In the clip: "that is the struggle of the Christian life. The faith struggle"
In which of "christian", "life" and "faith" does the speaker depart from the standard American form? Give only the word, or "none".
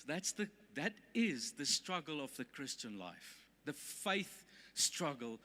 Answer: none